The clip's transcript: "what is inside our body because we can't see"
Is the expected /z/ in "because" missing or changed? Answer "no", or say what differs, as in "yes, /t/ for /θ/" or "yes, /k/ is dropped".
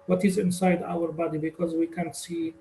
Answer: no